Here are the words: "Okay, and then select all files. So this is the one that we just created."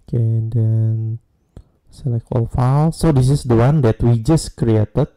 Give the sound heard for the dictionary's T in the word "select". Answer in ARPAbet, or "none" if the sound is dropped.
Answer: none